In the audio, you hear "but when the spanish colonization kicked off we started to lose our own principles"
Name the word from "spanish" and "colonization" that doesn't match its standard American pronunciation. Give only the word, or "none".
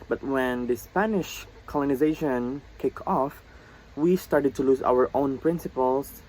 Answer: none